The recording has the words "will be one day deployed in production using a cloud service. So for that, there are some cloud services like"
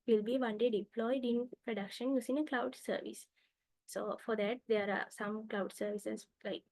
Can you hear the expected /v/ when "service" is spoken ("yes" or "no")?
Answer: yes